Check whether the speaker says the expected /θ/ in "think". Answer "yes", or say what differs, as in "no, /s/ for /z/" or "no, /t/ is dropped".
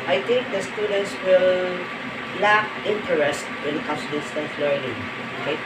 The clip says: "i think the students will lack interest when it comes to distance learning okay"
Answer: no, /t/ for /θ/